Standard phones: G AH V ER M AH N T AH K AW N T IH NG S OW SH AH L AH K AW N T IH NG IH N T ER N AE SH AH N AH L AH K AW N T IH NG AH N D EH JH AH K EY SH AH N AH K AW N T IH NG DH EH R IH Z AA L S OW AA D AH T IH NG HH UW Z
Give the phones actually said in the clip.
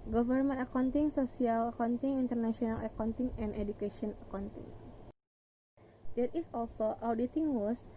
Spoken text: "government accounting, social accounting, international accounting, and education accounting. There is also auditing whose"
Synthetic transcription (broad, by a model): G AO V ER M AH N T AH K AW N T IH NG S OW S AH L AH K AW N T IH NG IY N T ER N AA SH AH N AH L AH K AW N T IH NG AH N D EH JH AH K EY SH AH N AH K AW N T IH NG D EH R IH S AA L S OW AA D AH T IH NG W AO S